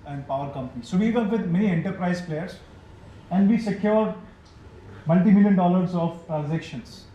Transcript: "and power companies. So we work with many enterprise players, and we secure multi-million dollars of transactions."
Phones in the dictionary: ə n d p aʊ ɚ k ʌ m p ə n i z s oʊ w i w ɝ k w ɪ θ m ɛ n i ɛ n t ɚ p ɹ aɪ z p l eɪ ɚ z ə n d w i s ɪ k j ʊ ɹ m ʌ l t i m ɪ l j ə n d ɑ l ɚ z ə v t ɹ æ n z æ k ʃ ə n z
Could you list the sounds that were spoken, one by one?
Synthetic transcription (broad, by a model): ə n d p aʊ ɚ k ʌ m p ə n i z s oʊ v i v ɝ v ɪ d m ɛ n i ɛ n t ɚ p ɹ aɪ z p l eɪ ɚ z ə n d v i s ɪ k j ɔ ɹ m ʌ l t i m ɪ l j ə n d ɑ l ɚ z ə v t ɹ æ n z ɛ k ʃ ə n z